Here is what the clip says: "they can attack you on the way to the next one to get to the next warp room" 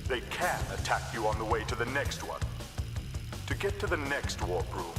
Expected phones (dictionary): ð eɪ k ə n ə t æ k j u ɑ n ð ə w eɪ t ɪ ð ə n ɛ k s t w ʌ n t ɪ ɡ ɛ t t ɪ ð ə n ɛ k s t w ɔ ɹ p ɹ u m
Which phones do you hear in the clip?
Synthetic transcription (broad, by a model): ð eɪ k ə n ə t æ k j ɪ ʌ n ð ə w eɪ t ɪ ð ə n ɛ k s t w ʌ n t ɪ ɡ ɛ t t ɪ ð ə n ɛ k s t w ɔ ɹ b ɹ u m